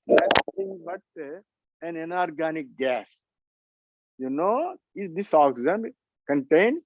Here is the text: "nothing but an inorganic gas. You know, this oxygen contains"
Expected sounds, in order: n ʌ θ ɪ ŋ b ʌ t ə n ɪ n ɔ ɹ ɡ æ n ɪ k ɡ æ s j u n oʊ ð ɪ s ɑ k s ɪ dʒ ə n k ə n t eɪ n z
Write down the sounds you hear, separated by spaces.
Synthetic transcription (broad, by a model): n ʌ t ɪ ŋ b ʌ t ə n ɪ n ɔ ɹ ɡ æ n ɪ k ɡ æ s j u n oʊ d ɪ s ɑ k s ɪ z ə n k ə n t eɪ n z